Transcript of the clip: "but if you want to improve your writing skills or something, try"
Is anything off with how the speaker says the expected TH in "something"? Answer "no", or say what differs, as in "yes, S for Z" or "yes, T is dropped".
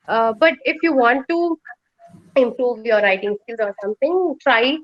yes, T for TH